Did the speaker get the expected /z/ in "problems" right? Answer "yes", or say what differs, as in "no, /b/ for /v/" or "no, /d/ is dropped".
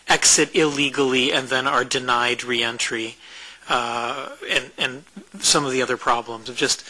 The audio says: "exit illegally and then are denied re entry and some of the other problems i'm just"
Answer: yes